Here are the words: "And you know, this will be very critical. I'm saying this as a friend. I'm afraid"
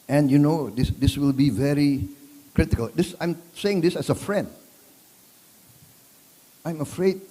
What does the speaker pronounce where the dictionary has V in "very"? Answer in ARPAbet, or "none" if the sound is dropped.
V